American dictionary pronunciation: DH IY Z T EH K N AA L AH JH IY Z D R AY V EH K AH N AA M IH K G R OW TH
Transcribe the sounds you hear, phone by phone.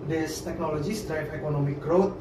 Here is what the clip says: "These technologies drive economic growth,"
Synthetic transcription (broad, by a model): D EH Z T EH K N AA L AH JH IY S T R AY P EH K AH N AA M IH K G R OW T